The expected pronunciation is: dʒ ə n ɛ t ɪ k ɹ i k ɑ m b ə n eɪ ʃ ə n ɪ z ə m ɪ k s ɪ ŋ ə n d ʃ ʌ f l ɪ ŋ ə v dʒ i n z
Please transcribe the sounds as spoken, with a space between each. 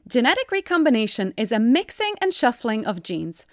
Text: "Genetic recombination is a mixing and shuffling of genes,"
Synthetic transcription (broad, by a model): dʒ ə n ɛ t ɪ k ɹ i k ɑ m b ə n eɪ ʃ ə n ɪ z ə m ɪ k s ɪ ŋ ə n ʃ ʌ f l ɪ ŋ ə v dʒ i n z